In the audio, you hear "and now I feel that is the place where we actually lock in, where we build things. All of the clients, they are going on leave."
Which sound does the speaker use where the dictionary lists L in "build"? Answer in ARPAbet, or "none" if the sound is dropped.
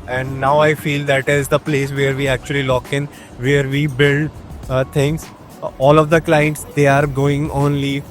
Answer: L